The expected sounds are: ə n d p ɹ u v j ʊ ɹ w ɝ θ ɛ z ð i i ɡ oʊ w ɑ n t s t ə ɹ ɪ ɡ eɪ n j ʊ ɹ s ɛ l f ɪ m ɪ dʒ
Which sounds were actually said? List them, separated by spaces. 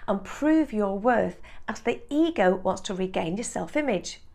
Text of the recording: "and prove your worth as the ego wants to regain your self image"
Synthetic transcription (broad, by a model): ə n p ɹ u v j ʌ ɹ w ɝ θ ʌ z ð i i ɡ oʊ w ɑ n t s t ə ɹ ɪ ɡ eɪ n j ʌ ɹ s ɛ l f ɪ m ɪ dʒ